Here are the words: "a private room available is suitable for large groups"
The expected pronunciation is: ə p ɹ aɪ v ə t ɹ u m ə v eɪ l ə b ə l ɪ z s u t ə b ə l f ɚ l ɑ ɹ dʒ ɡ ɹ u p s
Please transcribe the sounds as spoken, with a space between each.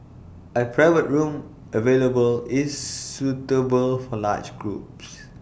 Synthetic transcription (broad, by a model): ə p ɹ aɪ v ə t ɹ u m ə v eɪ l ə b ə l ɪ s u t ə b ə l f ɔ l ɑ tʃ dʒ ɡ ɹ u p s